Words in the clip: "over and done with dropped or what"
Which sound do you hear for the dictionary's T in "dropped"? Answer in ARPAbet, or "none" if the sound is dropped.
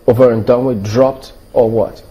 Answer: T